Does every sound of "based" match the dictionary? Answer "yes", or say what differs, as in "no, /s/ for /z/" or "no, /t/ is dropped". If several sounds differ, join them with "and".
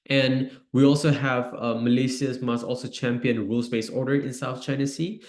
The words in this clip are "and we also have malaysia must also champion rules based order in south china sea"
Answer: no, /t/ is dropped